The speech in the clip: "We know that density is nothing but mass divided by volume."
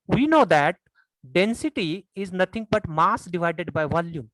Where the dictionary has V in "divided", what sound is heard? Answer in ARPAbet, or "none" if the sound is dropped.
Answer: V